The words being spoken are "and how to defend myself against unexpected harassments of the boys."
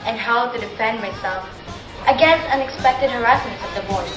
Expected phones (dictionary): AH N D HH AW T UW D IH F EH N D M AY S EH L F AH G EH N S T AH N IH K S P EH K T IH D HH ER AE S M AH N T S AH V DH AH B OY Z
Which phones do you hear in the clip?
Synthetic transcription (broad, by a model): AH N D HH AW T UW D IH F EH N D M AY S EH L F AH G EH N S T AH N IH K S P EH K T IH D HH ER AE S AH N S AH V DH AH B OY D